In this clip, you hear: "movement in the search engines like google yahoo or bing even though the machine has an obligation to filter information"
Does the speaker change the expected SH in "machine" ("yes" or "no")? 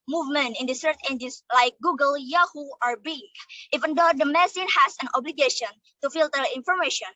yes